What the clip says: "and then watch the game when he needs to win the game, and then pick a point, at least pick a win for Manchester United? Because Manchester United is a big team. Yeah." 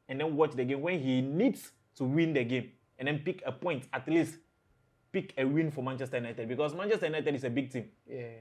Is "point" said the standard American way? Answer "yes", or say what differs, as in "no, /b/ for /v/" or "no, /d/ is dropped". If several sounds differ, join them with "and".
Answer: yes